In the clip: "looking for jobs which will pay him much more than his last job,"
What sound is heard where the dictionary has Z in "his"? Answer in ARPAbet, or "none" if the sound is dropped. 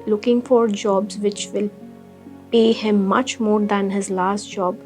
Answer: Z